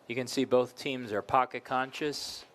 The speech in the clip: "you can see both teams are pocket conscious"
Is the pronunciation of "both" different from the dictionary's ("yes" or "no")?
no